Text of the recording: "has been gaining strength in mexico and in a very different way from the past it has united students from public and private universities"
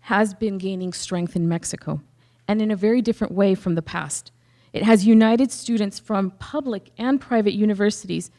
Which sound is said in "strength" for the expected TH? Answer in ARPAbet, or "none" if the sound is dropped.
TH